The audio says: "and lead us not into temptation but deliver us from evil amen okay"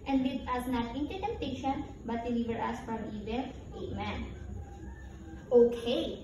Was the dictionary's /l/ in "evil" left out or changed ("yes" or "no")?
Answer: yes